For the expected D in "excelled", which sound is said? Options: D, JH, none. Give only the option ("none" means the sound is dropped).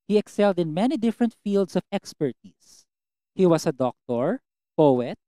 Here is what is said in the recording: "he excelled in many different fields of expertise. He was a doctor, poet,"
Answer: D